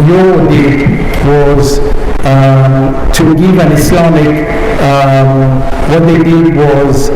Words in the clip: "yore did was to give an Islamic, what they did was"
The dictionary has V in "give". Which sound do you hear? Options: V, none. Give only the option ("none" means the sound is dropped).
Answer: V